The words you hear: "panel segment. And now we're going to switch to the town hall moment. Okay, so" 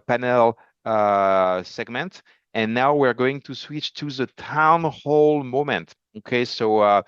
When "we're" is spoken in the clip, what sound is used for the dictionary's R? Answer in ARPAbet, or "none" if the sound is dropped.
R